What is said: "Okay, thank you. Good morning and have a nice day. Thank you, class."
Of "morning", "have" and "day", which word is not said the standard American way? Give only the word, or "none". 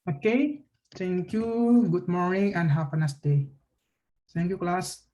have